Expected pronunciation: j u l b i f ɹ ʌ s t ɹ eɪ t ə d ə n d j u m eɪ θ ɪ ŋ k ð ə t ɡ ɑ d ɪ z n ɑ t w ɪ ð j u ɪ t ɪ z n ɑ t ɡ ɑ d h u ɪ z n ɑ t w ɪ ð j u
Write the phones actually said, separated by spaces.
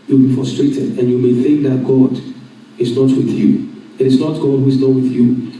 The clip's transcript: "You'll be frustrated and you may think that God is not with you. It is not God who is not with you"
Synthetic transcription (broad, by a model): j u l b i f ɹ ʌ s t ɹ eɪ t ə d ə n j u m eɪ θ ɪ ŋ k ð ə t ɡ ɑ d ɪ z n ɑ t w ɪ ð j u ɪ t ɪ z n ɑ t ɡ ɑ d h u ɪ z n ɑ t w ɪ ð j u